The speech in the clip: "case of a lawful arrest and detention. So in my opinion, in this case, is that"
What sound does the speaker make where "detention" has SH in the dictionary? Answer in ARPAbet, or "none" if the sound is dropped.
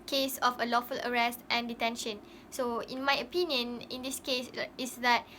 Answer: SH